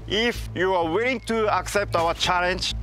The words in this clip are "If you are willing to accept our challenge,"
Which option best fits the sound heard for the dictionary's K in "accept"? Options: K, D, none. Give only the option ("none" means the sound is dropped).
K